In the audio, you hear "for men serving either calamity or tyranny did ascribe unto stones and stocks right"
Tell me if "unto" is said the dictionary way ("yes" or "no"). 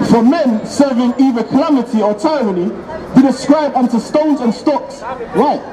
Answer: yes